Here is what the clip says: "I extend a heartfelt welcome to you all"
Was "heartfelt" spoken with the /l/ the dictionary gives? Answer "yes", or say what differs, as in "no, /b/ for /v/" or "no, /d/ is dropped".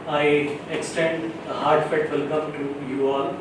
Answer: no, /l/ is dropped